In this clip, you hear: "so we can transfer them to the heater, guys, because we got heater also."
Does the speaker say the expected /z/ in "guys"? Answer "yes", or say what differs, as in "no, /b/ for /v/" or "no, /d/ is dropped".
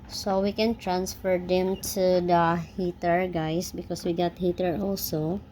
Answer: no, /s/ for /z/